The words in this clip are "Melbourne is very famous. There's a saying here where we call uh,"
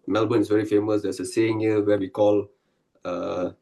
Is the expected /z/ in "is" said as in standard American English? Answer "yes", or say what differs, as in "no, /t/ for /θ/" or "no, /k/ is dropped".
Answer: no, /s/ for /z/